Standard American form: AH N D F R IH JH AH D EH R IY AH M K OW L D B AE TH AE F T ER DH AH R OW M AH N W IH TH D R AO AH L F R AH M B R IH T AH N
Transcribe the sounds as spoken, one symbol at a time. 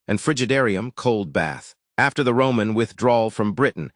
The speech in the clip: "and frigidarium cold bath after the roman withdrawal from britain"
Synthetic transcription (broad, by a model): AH N F R IH JH AH D EH R IY AH M K OW L D B AE TH AE F T ER DH AH R OW M AH N W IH TH D R AO L F R AH M B R IH T N